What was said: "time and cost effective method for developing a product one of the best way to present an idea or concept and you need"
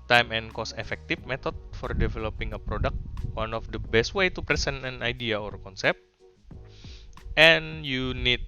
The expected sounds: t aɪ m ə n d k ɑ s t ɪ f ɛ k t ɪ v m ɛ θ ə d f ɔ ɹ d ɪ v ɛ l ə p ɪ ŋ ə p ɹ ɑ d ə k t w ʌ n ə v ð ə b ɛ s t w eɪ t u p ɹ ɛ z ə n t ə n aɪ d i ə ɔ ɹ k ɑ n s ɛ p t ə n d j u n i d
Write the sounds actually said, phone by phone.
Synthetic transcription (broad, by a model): t aɪ m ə n k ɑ s ɪ f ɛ k t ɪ f m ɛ t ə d f ɔ ɹ d ɪ v ɛ l ə p ɪ ŋ ə p ɹ ɑ d ə k t w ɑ n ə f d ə b ɛ s t w eɪ t u p ɹ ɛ s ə n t ə n aɪ d i ə ɔ ɹ k ɑ n s ɛ p t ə n j u n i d